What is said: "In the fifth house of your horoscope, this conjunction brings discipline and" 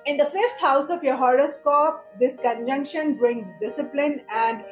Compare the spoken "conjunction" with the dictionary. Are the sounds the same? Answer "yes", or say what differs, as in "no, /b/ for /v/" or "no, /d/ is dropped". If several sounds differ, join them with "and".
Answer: yes